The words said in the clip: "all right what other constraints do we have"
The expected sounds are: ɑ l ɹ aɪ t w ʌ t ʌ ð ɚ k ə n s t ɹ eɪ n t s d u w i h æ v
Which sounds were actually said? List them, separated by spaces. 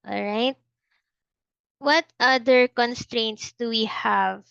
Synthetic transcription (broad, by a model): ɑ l ɹ aɪ t w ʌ t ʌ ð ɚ k ə n s t ɹ eɪ n t s d u w i h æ v